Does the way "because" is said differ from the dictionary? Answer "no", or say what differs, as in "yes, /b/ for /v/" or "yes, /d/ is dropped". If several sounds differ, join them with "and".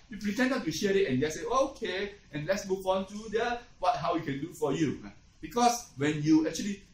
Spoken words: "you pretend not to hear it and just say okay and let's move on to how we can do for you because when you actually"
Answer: yes, /s/ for /z/